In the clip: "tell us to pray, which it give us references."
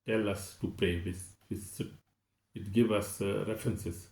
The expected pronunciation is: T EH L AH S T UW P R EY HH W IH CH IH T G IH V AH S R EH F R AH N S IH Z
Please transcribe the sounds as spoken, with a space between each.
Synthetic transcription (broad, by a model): T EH L AH S T UW P R EY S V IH S IH T G IH V AH S R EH F R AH N S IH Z